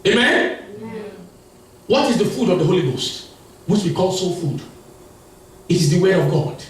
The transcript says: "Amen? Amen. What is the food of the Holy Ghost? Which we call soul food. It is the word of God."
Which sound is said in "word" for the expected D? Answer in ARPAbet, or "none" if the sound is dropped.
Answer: none